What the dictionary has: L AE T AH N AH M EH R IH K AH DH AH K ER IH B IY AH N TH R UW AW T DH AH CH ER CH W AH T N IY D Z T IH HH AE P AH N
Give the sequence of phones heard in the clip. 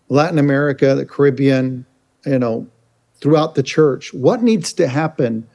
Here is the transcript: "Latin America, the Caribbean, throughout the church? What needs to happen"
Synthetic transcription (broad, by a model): L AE T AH N AH M EH R IH K AH DH AH K ER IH B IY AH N TH R UW AW T DH AH CH ER CH W AH T N IY D Z T IH HH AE P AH N